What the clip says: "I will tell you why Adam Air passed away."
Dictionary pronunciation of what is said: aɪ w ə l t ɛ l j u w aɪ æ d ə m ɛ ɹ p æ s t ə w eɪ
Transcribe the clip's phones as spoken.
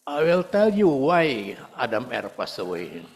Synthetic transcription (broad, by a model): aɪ w ə l t ɛ l j u w aɪ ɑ d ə m ɛ ɹ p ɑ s ə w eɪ